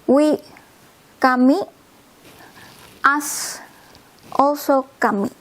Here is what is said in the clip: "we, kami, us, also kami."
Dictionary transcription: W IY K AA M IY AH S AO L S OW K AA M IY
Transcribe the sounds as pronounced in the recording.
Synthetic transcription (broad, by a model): W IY K AA M IY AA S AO S OW K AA M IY